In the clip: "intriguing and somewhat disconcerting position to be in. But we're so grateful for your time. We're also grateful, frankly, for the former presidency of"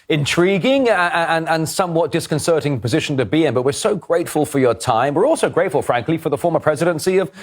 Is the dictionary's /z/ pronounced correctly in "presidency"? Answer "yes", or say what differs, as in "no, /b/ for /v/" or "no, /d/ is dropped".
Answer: yes